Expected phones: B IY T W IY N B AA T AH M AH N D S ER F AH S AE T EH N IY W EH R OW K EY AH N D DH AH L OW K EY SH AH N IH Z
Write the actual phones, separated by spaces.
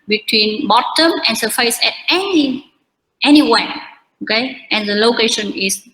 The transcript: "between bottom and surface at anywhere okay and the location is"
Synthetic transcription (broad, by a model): B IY T W IY N B AA T AH M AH N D S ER F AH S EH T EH N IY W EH W OW K EY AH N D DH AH L OW K EY SH AH N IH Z